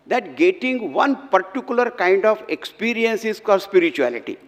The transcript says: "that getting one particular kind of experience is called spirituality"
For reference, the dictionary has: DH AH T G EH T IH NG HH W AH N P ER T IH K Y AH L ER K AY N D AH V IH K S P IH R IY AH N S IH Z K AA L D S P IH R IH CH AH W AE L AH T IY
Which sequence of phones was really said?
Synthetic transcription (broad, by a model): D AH T G EH T IH NG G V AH N P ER T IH K Y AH L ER K AY N D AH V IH K S P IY R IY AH N S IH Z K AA D S P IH R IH CH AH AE L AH T IY